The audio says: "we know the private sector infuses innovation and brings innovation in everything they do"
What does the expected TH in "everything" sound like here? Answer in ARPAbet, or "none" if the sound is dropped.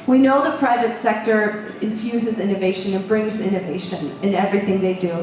TH